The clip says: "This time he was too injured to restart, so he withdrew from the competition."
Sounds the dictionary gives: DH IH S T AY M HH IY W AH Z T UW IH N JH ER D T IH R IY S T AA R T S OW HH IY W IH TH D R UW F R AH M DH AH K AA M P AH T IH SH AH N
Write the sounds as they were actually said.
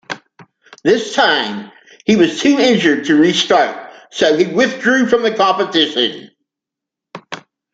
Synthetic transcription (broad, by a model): DH IH S T AY M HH IY W AH Z T UW IH N JH ER D T IH R IY S T AA R T S OW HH IY W IH TH D R UW F R AH M DH AH K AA P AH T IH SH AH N